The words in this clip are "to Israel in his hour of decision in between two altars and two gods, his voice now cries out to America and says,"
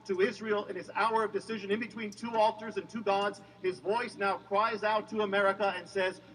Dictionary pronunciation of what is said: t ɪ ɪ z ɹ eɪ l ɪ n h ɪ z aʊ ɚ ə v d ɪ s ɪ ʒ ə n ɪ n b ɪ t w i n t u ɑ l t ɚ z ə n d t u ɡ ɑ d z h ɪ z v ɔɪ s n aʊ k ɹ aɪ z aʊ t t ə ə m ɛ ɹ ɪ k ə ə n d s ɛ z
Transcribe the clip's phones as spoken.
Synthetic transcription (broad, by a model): t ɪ ɪ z ɹ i l ɪ n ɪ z aʊ ɚ ə v d ɪ s ɪ ʒ ə n ɪ n b ɪ t w i n t u ɑ l t ɚ z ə n t u ɡ ɑ d z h ɪ z v ɔɪ s n aʊ k ɹ aɪ z aʊ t t ə ə m ɛ ɹ ɪ k ə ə n s ɛ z